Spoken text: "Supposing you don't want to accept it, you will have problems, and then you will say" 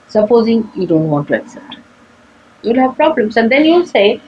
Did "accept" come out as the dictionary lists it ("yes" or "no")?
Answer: yes